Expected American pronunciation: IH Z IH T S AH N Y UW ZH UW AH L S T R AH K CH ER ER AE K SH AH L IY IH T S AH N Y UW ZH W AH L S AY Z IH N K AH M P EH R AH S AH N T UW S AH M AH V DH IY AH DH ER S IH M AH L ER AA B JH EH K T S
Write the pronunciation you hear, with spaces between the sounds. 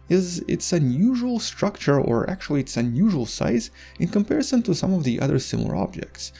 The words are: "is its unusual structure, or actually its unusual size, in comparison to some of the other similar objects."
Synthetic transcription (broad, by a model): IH Z IH T S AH N Y UW ZH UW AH L S T R AH K CH ER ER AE K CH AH L IY IH T S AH N Y UW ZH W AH L S AY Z IH N K AH M P EH R AH S AH N T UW S AH M AH V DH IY AH DH ER S IH M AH L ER AA B JH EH K T S